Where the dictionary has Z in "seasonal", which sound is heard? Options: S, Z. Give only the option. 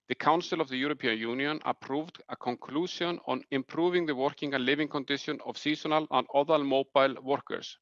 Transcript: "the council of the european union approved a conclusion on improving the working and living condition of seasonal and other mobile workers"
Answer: S